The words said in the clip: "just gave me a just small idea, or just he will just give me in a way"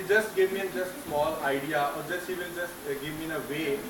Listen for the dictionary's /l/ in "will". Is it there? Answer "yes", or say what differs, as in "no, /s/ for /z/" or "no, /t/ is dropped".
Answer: no, /n/ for /l/